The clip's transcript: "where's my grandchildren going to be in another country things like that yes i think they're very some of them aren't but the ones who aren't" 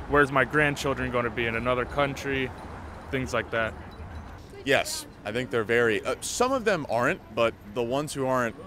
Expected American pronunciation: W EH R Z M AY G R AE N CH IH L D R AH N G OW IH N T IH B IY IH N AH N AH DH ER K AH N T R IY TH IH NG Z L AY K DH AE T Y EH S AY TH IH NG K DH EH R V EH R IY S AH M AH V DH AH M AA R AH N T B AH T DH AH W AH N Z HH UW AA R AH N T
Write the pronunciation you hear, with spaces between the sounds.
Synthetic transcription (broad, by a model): W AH R Z M AY G R AE N CH IH L D R AH N G OW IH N T IH B IY IH N AH N AH DH ER K AH N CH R IY TH IH NG Z L AY K DH AE T Y EH S AY TH IH NG K DH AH R V EH R IY S AH M AH V DH AH M AA R AH N T B AH T DH AH W AH N Z HH UW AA R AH N T